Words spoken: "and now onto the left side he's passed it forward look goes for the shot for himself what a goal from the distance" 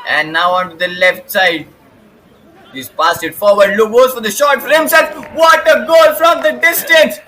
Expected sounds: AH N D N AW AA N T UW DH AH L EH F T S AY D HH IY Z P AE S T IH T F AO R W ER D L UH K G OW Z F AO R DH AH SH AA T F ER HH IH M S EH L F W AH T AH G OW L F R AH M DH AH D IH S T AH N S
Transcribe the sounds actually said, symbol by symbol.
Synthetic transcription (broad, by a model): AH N N AW AA N T UW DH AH L EH F T S AY D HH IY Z P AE S IH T F AO R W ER D L UH K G OW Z F AO R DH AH SH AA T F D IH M S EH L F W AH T AH G OW L F R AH M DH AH D IH S T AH N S